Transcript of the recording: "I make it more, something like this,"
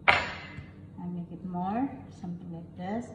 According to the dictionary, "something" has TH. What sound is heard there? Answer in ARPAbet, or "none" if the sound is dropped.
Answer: T